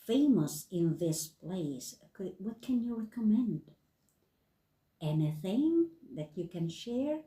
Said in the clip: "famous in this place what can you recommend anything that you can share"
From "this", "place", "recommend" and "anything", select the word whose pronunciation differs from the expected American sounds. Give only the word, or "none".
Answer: none